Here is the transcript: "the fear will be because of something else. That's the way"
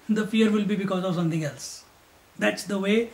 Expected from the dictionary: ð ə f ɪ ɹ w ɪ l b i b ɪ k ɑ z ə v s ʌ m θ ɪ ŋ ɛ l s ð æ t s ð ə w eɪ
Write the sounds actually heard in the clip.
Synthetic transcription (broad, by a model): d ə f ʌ ɹ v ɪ l b i b ɪ k ɑ z ə v s ʌ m t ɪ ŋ ɛ l s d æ t s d ə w eɪ